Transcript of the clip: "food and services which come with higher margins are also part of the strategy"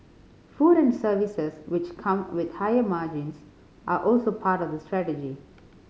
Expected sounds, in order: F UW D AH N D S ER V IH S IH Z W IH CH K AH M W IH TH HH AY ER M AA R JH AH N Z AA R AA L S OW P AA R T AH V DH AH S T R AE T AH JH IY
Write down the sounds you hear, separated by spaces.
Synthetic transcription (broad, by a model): F UW D AH N D S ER V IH S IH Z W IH CH K AH M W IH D HH AY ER M AA R JH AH N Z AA R AA L S OW P AA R T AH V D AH S T R AE T AH JH IY